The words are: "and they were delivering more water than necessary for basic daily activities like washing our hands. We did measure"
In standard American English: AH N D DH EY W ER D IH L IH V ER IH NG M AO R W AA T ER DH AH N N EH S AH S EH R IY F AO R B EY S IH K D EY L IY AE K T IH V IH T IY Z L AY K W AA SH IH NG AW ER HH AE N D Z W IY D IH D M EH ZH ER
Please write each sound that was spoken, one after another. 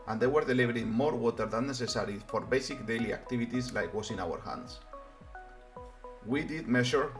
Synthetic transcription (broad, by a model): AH N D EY W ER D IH L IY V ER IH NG M AO R W AA T ER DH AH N N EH S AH S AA R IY F AO R B EY S IH K D EY L IY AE K T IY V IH T IY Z L AY K W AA S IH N AW ER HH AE N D S W IY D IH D M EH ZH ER